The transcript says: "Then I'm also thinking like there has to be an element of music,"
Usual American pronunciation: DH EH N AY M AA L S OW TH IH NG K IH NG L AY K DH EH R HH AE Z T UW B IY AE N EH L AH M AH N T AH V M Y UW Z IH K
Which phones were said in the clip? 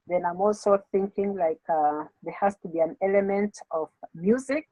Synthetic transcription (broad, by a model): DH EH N AY M AA L S OW TH IH NG K IH NG L AY K DH EH R HH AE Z T UW B IY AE N EH L AH M AH N T AH V M Y UW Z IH K